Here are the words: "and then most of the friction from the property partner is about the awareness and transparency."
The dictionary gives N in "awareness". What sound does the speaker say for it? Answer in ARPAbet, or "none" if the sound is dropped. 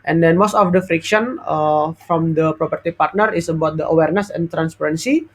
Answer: N